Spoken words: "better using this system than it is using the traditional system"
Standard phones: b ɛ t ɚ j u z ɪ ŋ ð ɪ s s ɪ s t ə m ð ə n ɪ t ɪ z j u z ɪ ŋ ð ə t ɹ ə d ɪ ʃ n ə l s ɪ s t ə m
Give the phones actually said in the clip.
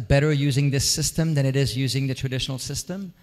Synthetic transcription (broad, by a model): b ɛ t ɚ j u z ɪ ŋ ð ɪ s s ɪ s t ə m ð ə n ɪ t ɪ z j u z ɪ ŋ ð ə t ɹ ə d ɪ ʃ n l s ɪ s t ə m